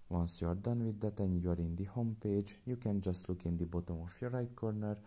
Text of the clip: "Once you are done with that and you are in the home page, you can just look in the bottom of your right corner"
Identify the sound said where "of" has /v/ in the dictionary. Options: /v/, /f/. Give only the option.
/f/